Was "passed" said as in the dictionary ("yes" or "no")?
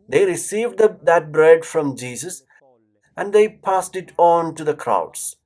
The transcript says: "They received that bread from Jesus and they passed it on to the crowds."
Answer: yes